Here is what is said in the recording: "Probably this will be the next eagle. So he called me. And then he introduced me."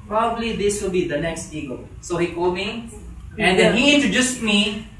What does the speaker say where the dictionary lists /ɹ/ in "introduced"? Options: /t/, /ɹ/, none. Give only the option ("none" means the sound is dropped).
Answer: none